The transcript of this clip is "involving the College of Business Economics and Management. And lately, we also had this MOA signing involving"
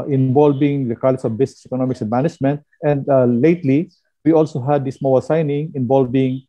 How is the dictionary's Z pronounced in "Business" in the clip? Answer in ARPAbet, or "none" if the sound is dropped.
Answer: S